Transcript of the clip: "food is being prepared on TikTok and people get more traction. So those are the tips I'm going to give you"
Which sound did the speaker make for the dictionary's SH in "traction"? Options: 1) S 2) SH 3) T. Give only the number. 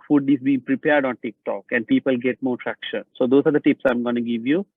2